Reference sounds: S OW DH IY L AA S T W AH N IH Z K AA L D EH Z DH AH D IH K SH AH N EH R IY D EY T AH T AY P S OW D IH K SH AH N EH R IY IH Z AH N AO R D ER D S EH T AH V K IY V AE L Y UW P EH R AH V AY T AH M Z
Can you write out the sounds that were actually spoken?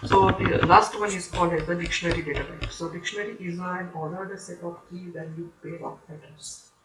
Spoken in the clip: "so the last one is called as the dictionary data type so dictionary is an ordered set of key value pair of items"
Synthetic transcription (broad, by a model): S OW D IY L AA S T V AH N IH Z K AA L D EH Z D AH D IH K SH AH N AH R IY D EY T AH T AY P S OW D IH K SH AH N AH R IY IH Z AH N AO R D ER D S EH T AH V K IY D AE N Y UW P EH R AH P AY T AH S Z